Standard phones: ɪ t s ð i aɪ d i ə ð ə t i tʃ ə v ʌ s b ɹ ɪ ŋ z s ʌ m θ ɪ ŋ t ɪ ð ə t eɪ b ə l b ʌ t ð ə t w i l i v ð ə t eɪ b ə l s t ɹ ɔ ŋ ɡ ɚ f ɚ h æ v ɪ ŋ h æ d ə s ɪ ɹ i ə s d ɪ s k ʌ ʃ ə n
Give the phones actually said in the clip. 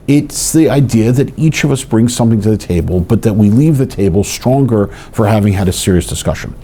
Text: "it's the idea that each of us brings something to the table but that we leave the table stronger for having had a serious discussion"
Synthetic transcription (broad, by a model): ɪ t s ð i aɪ d i ə ð ə t i tʃ ə v ʌ s b ɹ ɪ ŋ z s ʌ m θ ɪ ŋ t ɪ ð ə t eɪ b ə l b ʌ t ð ə t w i l i v ð ə t eɪ b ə l s t ɹ ɔ ŋ ɡ ɚ f ɚ h æ v ɪ ŋ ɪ d ə s ɪ ɹ i ə s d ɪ s k ʌ ʃ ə n